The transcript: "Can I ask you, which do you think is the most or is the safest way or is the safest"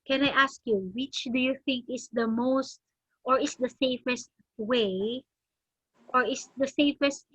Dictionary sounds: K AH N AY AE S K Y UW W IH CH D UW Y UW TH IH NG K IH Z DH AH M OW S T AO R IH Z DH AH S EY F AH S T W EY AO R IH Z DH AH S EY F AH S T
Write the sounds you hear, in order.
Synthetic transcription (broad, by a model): K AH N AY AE S K Y UW W IH CH D UW Y UW TH IH NG K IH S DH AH M OW S T AO R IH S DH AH S EY F AH S T W EY AO R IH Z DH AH S EY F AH S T